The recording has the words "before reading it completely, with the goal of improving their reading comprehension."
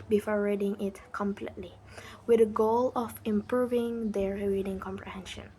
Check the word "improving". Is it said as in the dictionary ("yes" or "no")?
yes